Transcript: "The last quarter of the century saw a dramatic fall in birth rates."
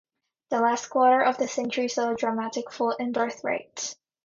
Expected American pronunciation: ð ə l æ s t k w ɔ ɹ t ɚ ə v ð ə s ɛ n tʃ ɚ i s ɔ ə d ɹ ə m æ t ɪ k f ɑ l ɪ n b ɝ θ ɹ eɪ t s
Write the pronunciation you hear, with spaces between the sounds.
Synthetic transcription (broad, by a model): ð ə l æ s t k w ɔ ɹ t ɚ ə v ð ə s ɛ n tʃ ɚ i s ɔ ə d ɹ ə m æ t ɪ k f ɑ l ɪ n b ɝ θ ɹ eɪ t s